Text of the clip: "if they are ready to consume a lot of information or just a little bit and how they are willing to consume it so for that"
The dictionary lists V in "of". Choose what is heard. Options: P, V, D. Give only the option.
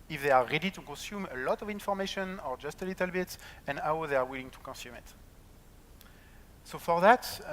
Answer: V